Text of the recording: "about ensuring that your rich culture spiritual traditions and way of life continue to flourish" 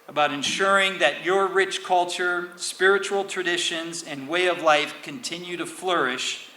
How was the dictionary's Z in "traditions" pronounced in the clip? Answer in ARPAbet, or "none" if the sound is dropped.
Z